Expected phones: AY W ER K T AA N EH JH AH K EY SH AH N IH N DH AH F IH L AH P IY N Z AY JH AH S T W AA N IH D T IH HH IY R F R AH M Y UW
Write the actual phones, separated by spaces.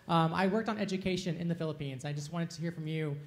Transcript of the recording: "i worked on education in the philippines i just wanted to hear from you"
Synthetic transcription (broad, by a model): AY W ER K T N EH JH AH K EY SH AH N IH N DH AH F IH L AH P IY N Z AY JH AH S T W AA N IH D T IH HH IY R F R AH M Y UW